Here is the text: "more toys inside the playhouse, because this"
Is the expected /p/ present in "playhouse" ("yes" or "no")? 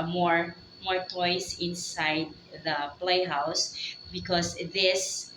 yes